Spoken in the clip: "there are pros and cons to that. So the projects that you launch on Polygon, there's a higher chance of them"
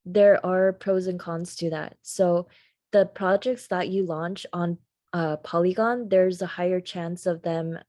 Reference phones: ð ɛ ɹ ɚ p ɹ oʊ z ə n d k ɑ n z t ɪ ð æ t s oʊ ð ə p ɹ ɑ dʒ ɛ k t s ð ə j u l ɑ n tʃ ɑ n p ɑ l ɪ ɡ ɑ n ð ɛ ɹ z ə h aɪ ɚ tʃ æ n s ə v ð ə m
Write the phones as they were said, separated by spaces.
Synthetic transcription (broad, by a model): ð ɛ ɹ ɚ p ɹ oʊ z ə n k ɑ n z t ɪ ð æ t s oʊ ð ə p ɹ ɑ dʒ ɛ k t s ð ə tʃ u l ɑ n tʃ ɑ n p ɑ l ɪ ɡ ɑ n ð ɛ ɹ z ə h aɪ ɚ tʃ æ n s ə v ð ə m